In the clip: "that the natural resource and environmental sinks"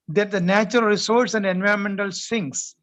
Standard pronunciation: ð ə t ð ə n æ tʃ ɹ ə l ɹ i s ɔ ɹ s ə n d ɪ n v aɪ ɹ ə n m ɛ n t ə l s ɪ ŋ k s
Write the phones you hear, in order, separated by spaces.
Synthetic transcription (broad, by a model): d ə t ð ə n æ tʃ ɹ ə l ɹ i s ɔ ɹ s ə n d ɪ n v aɪ ɹ ə n m ɛ n t ə l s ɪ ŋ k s